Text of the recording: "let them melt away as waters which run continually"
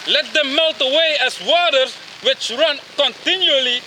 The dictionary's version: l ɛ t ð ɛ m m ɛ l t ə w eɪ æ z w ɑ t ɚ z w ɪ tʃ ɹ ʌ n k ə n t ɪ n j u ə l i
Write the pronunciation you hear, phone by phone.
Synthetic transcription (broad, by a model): l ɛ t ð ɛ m m ɛ l t ə w eɪ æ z w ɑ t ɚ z w ɪ tʃ ɹ ʌ n k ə n t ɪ n j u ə l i